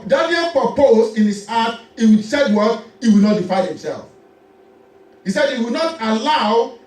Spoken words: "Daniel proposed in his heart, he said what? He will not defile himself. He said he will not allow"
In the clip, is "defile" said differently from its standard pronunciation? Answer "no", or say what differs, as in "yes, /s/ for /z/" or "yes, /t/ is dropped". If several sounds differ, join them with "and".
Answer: yes, /n/ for /l/